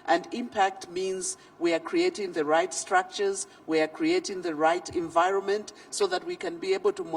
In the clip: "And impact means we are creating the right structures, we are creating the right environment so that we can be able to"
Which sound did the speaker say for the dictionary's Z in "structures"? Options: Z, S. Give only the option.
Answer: Z